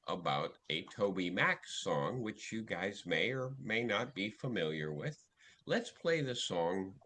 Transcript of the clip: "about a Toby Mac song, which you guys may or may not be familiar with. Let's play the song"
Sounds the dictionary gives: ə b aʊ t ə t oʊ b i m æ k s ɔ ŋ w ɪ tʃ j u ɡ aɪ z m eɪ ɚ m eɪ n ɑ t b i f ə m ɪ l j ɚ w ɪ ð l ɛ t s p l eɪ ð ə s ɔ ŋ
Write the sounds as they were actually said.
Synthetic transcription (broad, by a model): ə b aʊ t ə t oʊ b i m æ k s ɔ ŋ w ɪ tʃ j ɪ ɡ aɪ z m eɪ ɚ m eɪ n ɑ t b i f ə m ɪ l j ɚ w ɪ ð l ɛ t s p l eɪ ð ə s ɔ ŋ